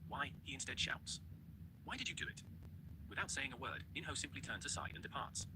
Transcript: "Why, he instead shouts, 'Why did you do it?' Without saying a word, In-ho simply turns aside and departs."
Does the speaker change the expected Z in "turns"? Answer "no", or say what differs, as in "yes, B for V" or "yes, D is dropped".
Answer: no